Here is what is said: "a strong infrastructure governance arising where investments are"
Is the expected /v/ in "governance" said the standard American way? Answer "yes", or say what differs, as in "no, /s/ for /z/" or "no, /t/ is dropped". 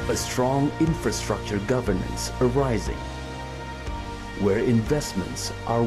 yes